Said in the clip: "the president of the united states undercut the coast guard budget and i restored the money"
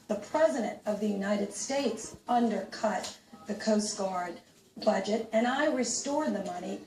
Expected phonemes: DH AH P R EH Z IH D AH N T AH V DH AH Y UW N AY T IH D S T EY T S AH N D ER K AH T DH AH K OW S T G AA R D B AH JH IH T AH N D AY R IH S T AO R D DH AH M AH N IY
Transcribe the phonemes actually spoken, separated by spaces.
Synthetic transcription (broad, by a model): DH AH P R EH Z IH D AH N T AH V DH AH Y UW N AY T IH D S T EY T S AH N D ER K AH T DH AH K OW S T G AA R D B AH JH IH T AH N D AY R IH S T AO R D DH AH M AH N IY